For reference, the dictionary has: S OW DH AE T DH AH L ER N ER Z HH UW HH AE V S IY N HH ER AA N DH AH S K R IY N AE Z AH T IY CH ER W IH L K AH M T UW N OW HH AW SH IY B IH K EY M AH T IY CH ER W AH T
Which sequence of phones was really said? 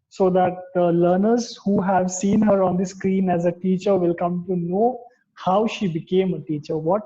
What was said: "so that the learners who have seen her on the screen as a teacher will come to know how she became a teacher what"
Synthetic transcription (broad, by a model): S OW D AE T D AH L ER N ER Z HH UW HH AE V S IY N HH ER AA N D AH S K R IY N AE Z AH T IY CH ER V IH L K AH M T UW N OW HH AW SH IY B IH K EY M AH T IY CH ER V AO T